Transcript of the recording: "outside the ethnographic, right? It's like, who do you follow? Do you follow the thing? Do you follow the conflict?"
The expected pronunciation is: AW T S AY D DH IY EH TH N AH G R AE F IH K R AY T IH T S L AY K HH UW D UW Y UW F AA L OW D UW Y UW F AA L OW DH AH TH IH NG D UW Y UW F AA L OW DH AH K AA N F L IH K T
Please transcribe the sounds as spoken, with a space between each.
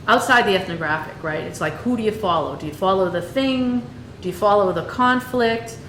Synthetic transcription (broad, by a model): AW T S AY D DH IY EH TH N AH G R AE F IH K R AY T IH T S L AY K HH UW D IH Y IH F AA L OW D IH Y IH F AA L OW DH AH TH IH NG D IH Y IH F AA L OW DH AH K AA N F L IH K T